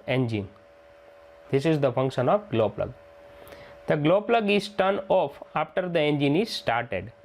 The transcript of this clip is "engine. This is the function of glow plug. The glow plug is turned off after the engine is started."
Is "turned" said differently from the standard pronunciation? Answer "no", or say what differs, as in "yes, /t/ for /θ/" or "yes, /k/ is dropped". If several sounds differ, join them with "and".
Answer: yes, /d/ is dropped